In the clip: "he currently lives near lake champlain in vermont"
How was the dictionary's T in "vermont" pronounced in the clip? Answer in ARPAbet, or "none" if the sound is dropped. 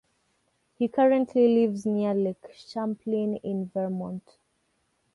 T